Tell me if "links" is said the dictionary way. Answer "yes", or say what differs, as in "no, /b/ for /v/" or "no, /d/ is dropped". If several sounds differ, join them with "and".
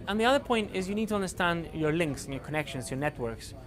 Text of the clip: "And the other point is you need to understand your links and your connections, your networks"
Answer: yes